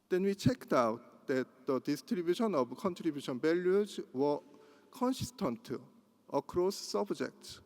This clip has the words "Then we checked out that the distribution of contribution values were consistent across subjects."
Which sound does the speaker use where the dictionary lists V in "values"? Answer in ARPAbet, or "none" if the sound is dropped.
B